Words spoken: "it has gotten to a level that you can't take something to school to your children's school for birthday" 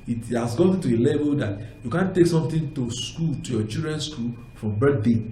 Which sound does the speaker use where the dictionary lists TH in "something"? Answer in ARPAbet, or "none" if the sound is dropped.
T